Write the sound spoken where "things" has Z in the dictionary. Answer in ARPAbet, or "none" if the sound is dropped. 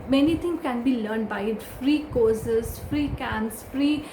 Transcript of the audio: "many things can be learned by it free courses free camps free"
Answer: none